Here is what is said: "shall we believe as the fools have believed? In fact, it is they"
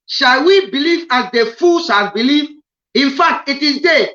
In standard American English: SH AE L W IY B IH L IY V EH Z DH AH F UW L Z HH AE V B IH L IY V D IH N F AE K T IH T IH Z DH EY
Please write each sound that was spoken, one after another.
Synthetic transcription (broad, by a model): SH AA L W IY B IH L IY V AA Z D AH F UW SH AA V B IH L IY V IH N F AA K T IH T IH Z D EY